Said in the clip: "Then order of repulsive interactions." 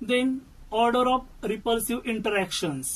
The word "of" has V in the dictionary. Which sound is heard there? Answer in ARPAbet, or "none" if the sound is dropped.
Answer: P